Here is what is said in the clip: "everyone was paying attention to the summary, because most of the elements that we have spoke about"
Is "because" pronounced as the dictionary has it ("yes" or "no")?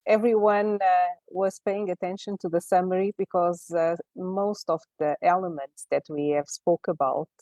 yes